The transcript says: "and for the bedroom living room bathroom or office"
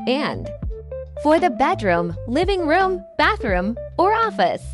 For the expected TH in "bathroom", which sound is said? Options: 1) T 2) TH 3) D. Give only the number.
2